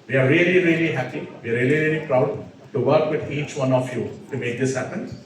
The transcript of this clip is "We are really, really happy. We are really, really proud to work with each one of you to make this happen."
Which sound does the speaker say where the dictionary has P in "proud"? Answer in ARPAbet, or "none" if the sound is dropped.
P